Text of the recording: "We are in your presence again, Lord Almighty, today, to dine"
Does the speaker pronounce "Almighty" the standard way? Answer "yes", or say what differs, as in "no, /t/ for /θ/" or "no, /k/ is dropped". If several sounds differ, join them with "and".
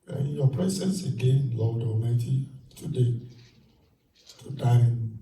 no, /l/ is dropped